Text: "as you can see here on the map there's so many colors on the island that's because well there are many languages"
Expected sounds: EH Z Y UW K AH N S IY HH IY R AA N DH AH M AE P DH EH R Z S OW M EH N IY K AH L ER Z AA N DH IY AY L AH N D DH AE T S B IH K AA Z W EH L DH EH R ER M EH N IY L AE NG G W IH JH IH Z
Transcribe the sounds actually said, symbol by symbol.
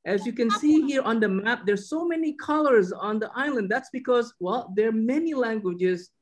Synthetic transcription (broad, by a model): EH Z Y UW K AH N S IY HH IY R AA N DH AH M AE P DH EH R S OW M EH N IY K AH L ER Z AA N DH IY AY L AH N D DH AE T S B IH K AA Z W EH L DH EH R M EH N IY L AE NG G W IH JH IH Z